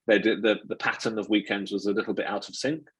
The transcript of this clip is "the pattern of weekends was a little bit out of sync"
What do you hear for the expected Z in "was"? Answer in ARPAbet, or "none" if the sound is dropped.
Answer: Z